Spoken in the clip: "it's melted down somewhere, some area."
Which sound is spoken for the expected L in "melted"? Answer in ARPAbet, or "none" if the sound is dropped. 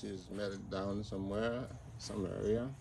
none